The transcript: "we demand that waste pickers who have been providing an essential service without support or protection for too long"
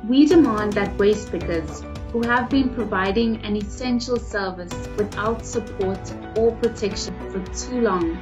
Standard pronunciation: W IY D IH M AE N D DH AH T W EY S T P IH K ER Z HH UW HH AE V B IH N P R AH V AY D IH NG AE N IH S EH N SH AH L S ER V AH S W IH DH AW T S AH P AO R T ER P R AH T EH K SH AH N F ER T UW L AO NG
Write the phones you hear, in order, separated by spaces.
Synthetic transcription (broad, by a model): W IY D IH M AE N D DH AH T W EY S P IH K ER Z HH UW HH AE V B IH N P R AH V AY D IH NG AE N IH S EH N SH AH L S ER V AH S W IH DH AW T S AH P AO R T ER P R AH T EH K SH AH N F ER T UW L AO NG